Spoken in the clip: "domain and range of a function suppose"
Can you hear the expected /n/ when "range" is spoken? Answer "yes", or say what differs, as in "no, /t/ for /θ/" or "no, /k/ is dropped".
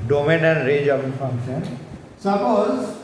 no, /n/ is dropped